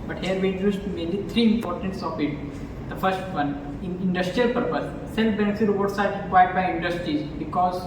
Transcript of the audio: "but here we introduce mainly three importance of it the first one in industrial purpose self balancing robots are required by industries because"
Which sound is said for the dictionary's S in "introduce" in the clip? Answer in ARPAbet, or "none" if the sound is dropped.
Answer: none